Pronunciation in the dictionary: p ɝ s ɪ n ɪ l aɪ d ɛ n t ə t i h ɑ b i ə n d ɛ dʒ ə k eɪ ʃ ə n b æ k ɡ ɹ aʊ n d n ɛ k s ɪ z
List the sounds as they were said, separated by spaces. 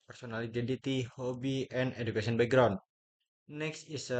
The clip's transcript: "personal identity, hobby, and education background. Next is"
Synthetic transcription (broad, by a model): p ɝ s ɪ n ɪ l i d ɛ n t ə t i h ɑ b i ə n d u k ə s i ə n b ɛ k ɡ ɹ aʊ n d n ɛ k s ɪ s